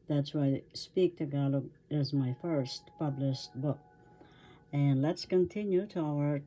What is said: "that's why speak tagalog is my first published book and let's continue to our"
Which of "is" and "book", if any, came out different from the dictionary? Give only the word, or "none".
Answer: none